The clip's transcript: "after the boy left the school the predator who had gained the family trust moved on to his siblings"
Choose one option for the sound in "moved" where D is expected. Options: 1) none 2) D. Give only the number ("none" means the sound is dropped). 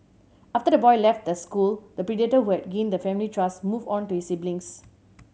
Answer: 1